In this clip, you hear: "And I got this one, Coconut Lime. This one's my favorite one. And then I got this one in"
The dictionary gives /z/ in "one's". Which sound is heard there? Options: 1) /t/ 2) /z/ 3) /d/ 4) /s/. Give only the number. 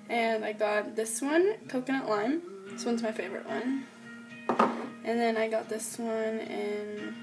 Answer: 2